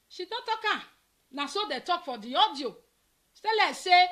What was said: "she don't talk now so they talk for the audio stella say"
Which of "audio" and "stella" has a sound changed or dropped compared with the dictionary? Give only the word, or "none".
stella